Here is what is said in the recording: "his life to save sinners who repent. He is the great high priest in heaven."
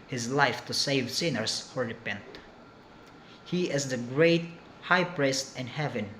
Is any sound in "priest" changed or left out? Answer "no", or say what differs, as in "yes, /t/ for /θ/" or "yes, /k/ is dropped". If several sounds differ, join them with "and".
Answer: no